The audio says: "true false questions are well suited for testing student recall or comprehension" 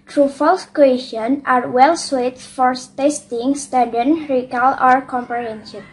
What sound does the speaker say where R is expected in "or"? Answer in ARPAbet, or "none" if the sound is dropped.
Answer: R